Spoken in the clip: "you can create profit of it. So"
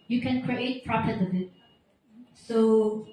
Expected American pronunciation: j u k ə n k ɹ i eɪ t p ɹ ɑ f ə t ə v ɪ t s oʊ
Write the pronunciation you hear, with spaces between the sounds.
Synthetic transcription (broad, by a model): j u k ə n k ɹ i eɪ t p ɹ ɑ p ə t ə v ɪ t s oʊ